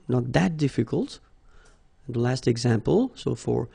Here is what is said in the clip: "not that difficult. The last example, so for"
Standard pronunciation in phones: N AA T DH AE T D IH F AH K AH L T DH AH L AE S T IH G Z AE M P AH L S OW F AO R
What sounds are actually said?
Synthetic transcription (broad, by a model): N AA T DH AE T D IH F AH K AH L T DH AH L AE S T IH G Z AE M P AH L S OW F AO R